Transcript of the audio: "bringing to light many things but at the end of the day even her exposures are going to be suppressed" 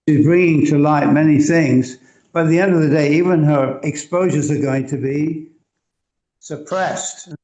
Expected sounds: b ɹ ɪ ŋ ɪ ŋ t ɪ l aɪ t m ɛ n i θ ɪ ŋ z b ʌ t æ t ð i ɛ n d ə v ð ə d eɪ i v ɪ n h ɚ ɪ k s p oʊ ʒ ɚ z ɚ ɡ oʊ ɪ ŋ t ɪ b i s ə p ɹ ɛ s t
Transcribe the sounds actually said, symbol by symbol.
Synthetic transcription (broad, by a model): b ɹ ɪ ŋ ɪ ŋ t ɪ l aɪ t m ɛ n i θ ɪ ŋ z b ʌ t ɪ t ð i ɛ n d ə v ð ə d eɪ i v ɪ n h ɚ ɪ k s p oʊ ʒ ɚ z ɚ ɡ oʊ ɪ ŋ t ɪ b i s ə p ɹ ɛ s t